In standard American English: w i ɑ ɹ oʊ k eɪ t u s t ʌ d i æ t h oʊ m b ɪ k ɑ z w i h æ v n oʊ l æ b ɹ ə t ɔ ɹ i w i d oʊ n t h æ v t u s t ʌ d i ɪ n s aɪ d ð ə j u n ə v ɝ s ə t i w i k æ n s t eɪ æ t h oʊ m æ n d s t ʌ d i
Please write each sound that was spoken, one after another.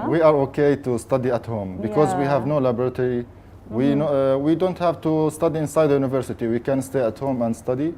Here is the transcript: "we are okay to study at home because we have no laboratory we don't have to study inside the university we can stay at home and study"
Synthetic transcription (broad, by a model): w i ɑ ɹ oʊ k eɪ t u s t ʌ d i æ t h oʊ m b ɪ k ɑ z w i h æ v n oʊ l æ b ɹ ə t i w i w i d oʊ n t h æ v t u s t ʌ d i ɪ n s aɪ d ð ə j u n ə v ɝ s ə t i w i k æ n s t eɪ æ t h oʊ m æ n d s t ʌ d i